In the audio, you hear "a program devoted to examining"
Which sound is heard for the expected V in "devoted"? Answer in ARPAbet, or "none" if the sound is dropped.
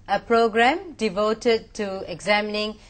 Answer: V